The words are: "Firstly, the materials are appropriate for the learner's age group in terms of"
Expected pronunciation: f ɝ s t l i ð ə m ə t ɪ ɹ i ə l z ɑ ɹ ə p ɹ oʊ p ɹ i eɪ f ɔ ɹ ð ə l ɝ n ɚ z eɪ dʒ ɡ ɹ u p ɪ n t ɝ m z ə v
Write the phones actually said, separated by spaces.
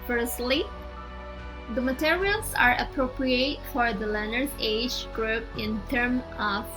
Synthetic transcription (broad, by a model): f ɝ s t l i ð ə m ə t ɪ ɹ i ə l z ɑ ɹ ə p ɹ oʊ p ɹ i eɪ f ɔ ɹ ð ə l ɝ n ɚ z eɪ dʒ ɡ ɹ u p ɪ n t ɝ m ə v